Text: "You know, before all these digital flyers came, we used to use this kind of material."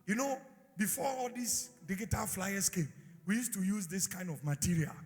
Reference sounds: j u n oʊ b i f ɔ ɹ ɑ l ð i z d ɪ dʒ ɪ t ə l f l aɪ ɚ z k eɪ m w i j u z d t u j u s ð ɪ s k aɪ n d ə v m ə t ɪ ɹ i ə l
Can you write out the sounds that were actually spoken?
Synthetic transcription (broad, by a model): j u n oʊ b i f ɔ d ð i s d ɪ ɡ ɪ t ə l f l aɪ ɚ s k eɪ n w i j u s t u j u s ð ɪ s k aɪ n d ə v m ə t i ɹ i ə l